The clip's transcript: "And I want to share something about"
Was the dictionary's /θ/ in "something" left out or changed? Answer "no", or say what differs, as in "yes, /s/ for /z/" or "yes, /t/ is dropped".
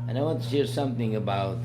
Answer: no